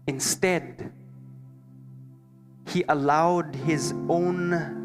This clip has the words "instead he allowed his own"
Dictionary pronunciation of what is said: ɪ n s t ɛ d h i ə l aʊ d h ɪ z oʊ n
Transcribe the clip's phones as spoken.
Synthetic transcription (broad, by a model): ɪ n s t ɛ d h i ə l aʊ d h ɪ z oʊ n